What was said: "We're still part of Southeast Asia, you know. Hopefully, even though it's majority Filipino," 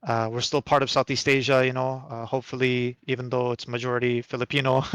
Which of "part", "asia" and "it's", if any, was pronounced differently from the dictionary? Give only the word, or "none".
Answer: none